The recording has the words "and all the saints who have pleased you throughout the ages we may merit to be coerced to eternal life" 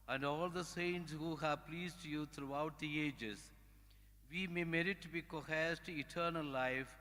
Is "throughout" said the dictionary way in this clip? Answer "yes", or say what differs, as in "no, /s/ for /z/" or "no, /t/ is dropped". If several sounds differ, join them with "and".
no, /t/ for /θ/